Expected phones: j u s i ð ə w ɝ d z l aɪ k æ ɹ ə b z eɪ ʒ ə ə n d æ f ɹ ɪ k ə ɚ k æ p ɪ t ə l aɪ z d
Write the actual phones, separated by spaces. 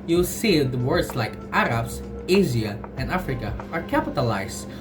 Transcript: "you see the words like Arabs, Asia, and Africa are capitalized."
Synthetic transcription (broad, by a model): j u s i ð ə w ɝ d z l aɪ k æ ɹ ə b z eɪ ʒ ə ə n d æ f ɹ ɪ k ə ɚ k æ p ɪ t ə l aɪ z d